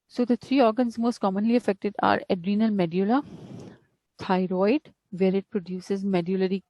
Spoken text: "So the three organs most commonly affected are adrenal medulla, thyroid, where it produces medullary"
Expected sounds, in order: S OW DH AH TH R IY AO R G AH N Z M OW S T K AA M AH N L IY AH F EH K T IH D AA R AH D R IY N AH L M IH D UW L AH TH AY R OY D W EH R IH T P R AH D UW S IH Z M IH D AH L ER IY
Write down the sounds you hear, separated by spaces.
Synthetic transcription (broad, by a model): S OW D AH T R IY AO R G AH N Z M OW S T K AA M AH N L IY AH F EH K T IH D AA R AH D R IY N AH L M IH D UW L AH T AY R OY D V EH R IH T P R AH D UW S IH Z M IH D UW L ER IY